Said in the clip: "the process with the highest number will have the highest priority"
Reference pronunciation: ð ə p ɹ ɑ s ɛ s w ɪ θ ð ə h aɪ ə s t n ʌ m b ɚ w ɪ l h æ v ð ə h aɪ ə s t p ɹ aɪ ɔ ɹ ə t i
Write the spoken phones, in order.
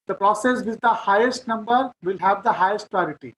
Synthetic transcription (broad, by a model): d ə p ɹ ɑ s ɛ s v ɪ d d ə h aɪ ə s t n ʌ m b ɚ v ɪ l h æ v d ə h aɪ ə s t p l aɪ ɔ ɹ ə t i